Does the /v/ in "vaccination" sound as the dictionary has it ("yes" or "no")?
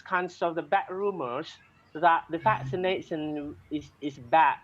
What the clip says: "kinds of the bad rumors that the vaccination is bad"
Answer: no